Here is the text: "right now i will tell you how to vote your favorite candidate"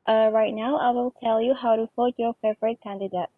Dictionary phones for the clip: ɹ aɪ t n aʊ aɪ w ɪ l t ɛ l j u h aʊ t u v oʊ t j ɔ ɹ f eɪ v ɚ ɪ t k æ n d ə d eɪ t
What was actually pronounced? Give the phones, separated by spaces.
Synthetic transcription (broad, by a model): ɹ aɪ t n aʊ aɪ w ɪ l t ɛ l j u h aʊ t u f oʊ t j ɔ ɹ f eɪ v ɚ ɪ t k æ n d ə d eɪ t